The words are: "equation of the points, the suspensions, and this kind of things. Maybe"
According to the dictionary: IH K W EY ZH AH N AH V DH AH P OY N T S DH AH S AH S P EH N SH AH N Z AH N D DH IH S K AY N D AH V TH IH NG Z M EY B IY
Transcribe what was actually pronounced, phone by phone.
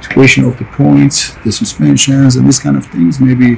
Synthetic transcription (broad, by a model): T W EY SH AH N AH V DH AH P OY N T S DH AH S AH S P EH N SH AH N Z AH N DH IH S K AY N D AH V TH IH NG Z M EY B IY